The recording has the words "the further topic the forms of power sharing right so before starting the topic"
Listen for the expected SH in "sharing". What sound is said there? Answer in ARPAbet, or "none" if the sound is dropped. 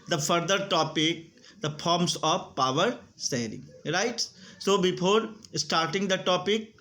S